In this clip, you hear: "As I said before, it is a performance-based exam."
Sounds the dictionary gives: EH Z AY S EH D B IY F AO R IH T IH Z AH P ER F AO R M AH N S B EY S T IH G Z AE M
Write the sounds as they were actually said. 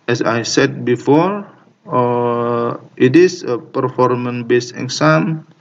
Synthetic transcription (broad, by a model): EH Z AY S EH D B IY F AO R IH T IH S AH P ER F AO R M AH N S B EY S IH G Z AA M